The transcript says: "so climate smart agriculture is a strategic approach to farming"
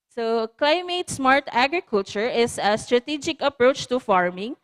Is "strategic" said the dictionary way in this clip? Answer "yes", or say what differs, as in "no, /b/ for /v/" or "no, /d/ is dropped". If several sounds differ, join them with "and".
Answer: yes